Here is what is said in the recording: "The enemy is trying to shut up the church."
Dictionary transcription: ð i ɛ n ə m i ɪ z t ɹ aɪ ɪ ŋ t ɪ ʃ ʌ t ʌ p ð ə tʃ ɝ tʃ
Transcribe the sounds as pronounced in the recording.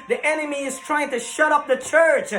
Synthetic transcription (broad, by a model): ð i ɛ n ə m i ɪ z t ɹ aɪ ɪ ŋ t ɪ ʃ ʌ t ʌ p ð ə tʃ ɝ tʃ